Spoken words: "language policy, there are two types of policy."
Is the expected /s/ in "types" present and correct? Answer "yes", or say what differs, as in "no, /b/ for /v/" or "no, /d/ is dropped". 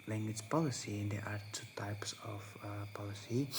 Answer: yes